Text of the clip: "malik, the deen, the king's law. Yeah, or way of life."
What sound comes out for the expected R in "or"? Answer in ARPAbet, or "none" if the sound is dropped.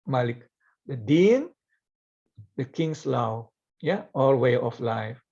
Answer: L